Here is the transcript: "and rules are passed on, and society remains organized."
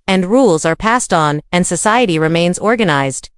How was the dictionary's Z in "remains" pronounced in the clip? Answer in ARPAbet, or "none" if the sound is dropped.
Z